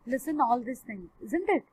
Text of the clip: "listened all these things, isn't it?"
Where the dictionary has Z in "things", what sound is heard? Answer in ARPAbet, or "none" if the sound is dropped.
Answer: none